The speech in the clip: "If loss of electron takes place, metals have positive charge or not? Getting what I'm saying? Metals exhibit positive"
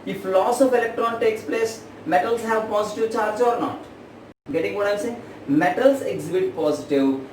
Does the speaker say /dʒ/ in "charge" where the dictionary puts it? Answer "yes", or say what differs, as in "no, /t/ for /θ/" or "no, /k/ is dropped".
yes